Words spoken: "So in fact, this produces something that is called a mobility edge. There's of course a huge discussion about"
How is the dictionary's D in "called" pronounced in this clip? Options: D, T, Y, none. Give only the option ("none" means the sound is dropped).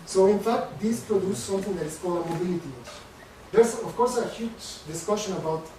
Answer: none